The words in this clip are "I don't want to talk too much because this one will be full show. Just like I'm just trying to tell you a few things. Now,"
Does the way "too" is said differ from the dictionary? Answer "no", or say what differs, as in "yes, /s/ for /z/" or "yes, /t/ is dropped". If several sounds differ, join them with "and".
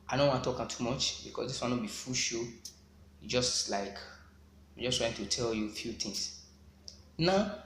no